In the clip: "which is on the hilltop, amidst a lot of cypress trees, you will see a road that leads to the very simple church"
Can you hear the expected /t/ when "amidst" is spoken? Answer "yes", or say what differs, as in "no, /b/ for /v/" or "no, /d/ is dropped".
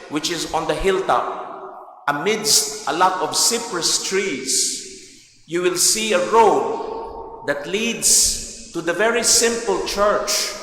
yes